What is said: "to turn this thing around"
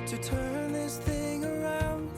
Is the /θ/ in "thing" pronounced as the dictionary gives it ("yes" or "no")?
yes